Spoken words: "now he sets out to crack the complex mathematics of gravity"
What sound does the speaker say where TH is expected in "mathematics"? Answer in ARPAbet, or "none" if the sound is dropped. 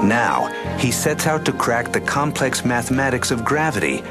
TH